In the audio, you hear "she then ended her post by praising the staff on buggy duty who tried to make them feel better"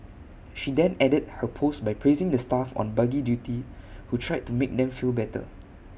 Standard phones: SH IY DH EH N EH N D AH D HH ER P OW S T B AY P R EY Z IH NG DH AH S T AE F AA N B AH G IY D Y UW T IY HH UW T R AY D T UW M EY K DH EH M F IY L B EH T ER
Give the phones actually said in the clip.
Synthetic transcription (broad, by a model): SH IY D EH N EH D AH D HH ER P OW S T B AY P R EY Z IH NG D AH S T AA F AA N B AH G IY D Y UW T IY HH UW T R AY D T UW M EY K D EH M F IY L B EH T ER